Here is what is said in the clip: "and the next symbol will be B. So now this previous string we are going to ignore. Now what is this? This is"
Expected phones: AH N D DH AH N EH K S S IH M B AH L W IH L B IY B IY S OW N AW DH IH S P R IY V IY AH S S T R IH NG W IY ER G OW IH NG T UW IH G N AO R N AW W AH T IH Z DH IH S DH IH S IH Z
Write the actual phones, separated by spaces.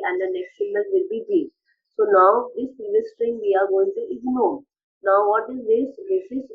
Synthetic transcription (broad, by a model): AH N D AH N EH K S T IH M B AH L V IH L B IY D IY S OW N AW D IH S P IY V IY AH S S T R IH NG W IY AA G OW IH NG T UW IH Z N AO N AW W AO T IH Z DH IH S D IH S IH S